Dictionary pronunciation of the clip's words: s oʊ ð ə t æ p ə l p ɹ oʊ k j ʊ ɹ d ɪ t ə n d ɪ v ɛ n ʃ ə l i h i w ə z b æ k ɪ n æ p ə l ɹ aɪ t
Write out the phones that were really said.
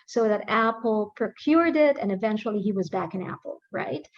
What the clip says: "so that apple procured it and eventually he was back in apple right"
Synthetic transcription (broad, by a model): s oʊ ð ə t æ p l p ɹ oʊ k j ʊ ɹ d ɪ t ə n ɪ v ɛ n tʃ l i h i w ə z b æ k ɪ n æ p l ɹ aɪ t